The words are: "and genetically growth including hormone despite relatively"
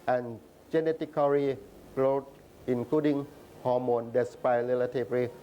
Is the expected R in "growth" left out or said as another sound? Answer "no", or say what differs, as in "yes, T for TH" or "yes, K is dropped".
yes, L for R